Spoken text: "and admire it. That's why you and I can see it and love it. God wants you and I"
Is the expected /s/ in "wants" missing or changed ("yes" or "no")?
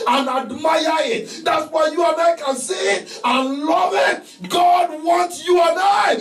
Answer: yes